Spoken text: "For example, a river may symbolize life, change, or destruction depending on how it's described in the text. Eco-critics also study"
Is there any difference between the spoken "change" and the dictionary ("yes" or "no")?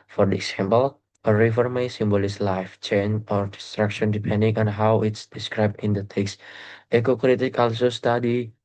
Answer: yes